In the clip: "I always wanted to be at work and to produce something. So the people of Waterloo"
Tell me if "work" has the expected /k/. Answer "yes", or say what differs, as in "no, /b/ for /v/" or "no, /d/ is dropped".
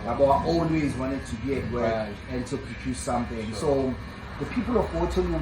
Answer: no, /k/ is dropped